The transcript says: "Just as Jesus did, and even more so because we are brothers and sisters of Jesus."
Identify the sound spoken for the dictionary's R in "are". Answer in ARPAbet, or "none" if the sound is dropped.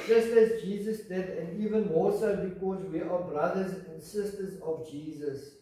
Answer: W